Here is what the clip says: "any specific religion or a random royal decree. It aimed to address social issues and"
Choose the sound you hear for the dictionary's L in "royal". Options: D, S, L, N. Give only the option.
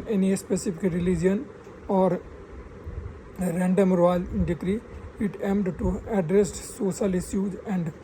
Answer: N